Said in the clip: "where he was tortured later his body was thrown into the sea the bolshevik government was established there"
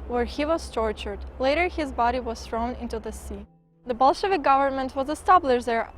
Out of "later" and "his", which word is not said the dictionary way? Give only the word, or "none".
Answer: none